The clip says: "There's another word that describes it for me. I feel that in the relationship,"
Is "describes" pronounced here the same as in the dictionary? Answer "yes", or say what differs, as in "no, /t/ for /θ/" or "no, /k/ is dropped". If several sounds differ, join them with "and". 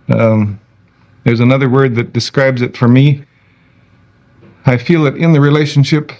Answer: yes